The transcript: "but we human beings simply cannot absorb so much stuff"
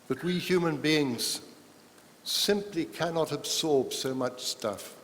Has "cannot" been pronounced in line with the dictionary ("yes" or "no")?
yes